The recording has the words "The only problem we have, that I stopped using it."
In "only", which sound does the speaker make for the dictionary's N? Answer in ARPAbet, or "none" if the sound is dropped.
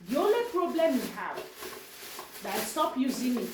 none